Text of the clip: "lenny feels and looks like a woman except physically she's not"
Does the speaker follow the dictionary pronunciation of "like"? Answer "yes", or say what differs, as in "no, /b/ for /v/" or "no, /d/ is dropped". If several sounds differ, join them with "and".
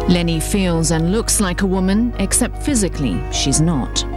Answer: yes